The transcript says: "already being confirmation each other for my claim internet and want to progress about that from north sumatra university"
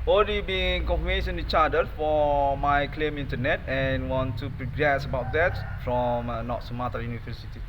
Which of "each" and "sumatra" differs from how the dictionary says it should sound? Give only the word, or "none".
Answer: sumatra